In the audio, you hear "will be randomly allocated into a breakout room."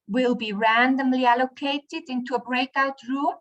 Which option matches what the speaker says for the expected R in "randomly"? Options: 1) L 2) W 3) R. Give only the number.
3